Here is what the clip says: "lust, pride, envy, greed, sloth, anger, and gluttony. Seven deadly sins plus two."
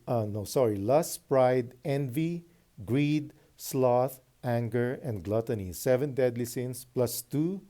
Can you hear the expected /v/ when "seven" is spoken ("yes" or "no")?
yes